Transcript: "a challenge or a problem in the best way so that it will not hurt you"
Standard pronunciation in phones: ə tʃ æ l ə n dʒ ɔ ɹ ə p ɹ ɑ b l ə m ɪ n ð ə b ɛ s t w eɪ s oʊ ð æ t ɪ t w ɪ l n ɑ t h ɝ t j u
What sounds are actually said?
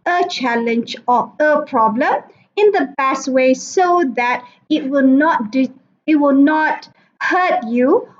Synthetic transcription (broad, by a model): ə tʃ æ l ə n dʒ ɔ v ə p ɹ ɑ b l ə m ɪ n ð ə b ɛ s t w eɪ s oʊ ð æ t ɪ t w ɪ w n ɑ t h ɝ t j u